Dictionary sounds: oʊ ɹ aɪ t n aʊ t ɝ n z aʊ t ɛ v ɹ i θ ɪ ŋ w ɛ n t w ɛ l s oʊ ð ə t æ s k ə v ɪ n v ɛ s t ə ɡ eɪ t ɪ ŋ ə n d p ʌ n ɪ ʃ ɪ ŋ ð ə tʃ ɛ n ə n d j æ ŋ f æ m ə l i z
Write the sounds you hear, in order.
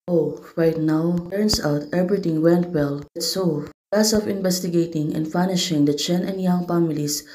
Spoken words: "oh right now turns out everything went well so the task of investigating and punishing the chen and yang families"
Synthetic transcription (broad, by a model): oʊ ɹ aɪ t n aʊ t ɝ n s aʊ t ɛ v ɹ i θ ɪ ŋ w ɛ n t w ɛ l s oʊ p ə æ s ə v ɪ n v ɛ s t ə ɡ eɪ t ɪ ŋ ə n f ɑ n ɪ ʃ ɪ ŋ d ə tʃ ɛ n ə n d j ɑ ŋ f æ m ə l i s